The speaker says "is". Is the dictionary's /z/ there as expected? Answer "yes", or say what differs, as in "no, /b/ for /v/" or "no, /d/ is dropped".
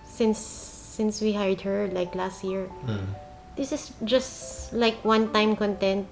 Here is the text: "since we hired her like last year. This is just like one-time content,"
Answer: no, /s/ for /z/